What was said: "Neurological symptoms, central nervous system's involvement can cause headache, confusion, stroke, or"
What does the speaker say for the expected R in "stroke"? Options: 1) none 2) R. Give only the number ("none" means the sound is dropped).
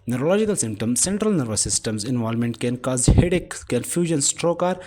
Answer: 2